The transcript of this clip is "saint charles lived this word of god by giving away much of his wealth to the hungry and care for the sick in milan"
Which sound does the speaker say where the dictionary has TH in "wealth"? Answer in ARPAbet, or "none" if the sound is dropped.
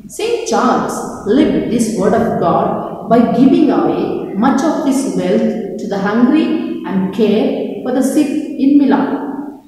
T